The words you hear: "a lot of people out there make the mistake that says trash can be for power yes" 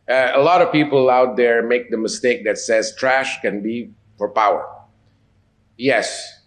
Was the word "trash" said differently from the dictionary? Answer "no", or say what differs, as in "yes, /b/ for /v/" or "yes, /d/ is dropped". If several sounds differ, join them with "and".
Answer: no